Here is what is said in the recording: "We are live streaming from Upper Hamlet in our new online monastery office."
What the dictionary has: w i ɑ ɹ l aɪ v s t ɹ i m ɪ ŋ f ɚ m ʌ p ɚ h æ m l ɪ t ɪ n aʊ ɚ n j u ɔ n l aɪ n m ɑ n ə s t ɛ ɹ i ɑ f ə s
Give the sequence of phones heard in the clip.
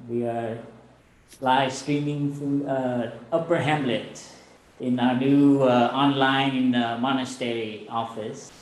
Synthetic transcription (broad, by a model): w i ɑ ɹ l aɪ v s t ɹ i m ɪ ŋ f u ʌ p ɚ h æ m l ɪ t ɪ n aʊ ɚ n j u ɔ n l aɪ n m ɑ n ə s t ɛ ɹ i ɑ f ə s